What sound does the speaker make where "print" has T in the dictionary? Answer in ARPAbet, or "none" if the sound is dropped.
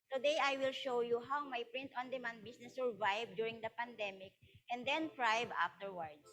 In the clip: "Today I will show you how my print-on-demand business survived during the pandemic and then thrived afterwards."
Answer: T